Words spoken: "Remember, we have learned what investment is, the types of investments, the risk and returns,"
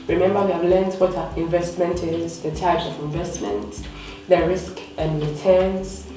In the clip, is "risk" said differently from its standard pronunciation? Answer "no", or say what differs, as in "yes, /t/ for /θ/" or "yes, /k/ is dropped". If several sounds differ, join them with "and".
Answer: no